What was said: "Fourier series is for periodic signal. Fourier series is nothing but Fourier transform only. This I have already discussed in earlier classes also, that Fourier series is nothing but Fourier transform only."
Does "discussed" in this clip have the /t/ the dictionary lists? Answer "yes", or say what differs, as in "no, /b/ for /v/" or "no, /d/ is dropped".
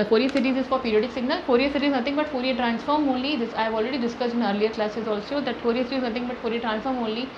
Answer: no, /t/ is dropped